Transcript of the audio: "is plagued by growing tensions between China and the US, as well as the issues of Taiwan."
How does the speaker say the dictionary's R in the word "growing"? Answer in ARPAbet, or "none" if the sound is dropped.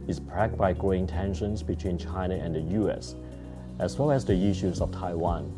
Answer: none